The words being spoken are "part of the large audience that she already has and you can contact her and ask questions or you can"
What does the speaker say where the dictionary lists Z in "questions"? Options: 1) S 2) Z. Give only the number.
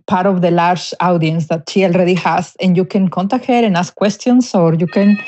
1